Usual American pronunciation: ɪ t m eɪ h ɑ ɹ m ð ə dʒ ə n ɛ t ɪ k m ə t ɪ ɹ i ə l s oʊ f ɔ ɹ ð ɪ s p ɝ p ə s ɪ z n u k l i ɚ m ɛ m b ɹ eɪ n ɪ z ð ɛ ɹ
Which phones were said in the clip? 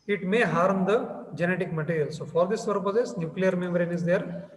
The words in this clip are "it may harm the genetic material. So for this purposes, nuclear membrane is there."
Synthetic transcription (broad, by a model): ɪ t m eɪ h ɑ ɹ m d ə dʒ ə n ɛ t ɪ k m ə t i ɹ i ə l s oʊ f ɔ ɹ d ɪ s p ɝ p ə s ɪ s n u k l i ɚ m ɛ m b ɹ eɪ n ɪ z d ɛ ɹ